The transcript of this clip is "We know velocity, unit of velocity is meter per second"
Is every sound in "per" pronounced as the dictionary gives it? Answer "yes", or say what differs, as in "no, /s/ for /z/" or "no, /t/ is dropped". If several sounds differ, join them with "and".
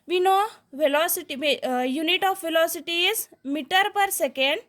yes